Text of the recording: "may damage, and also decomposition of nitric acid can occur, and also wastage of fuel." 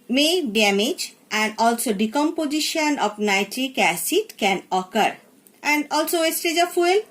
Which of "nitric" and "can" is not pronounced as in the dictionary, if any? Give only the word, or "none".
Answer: none